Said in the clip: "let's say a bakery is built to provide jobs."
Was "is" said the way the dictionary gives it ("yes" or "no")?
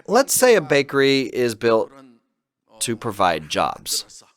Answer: yes